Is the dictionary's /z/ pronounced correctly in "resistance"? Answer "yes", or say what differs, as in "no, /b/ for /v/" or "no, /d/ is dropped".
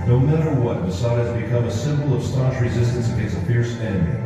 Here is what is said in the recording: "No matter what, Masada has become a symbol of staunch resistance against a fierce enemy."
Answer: yes